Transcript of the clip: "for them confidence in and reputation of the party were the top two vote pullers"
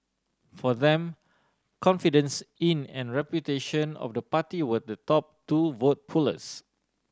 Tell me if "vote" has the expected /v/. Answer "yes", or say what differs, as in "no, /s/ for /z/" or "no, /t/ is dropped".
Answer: yes